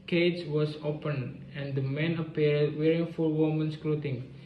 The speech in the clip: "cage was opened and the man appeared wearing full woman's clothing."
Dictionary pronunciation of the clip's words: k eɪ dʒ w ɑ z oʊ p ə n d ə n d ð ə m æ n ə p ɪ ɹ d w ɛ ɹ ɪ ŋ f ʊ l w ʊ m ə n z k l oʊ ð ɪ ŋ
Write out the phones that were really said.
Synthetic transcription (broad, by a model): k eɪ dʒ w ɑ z oʊ p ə n ə n d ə m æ n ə p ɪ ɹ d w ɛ ɹ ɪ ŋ f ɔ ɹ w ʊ m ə n s k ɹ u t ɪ ŋ